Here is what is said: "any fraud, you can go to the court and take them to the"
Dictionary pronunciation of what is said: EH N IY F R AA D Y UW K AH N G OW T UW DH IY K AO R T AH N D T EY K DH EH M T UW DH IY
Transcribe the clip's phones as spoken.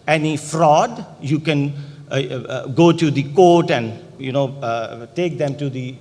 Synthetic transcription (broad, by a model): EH N IY F R AA D Y UW K AH N G OW T UW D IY K AO R T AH N D T EY K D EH M T UW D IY